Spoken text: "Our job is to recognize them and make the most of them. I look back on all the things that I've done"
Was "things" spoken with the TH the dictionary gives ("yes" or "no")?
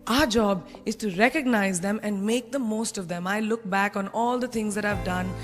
no